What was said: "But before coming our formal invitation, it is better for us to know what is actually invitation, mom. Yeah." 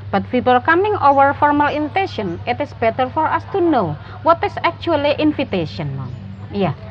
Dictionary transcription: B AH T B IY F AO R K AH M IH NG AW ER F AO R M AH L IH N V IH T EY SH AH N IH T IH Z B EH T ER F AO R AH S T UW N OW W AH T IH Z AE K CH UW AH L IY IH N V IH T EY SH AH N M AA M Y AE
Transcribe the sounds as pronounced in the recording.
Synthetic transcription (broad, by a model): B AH T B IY P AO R K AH M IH NG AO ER F AO R M AH L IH N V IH T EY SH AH N IH T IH S B EH T ER F AO R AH S T UW N OW W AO T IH S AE K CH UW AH L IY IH N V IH T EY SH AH N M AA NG Y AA